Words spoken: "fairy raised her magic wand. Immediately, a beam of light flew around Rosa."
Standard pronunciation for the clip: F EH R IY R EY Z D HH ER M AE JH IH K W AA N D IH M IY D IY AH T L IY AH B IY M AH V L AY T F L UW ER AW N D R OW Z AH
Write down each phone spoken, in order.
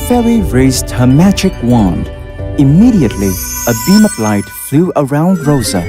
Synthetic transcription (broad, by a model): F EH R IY R EY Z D HH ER M AE JH IH K W AA N D IH M IY D IY AH T L IY AH B IY M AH P L AY T F L UW ER AW N D R OW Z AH